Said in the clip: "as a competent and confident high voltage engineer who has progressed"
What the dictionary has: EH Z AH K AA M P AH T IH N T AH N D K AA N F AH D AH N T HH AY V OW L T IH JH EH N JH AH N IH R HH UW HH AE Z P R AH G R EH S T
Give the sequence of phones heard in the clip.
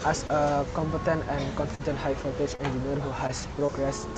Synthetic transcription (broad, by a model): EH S AH K AA M P AH T IH N T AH N K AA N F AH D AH N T HH AY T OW T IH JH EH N JH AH N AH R HH UW HH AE S P R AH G R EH S